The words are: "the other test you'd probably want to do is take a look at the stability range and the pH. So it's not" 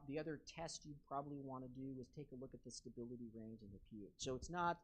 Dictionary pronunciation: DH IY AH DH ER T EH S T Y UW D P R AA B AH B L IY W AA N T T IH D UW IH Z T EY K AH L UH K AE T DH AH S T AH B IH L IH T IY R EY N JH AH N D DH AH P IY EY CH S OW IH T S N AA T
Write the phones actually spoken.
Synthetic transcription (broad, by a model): DH IY AH DH ER T EH S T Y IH P R AA B AH B L IY W AA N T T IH D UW IH Z T EY K AH L UH K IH T DH AH S T AH B IH L IH T IY R EY N JH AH N DH AH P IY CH S OW IH T S N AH T